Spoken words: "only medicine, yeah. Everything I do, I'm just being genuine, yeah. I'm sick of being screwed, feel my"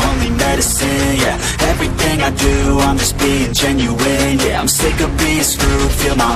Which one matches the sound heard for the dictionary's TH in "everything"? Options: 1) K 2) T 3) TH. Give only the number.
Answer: 3